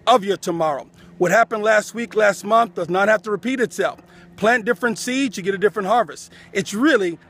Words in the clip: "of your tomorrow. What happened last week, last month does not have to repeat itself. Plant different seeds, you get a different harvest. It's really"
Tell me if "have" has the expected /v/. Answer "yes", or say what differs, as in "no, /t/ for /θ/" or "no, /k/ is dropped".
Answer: no, /f/ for /v/